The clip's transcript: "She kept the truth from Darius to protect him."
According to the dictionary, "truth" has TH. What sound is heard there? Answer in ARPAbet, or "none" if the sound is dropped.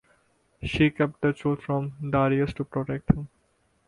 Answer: T